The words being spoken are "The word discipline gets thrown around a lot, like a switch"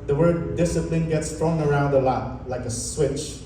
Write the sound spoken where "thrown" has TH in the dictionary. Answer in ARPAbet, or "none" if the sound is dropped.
T